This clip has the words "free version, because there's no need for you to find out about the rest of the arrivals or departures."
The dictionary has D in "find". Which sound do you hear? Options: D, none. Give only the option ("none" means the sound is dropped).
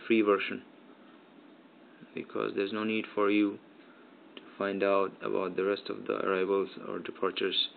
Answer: D